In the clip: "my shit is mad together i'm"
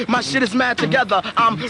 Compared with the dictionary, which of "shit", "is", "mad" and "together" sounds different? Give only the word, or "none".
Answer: none